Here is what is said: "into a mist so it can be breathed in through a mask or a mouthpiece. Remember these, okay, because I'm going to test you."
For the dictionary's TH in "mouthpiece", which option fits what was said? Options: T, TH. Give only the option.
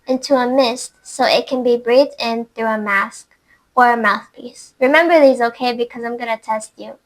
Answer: TH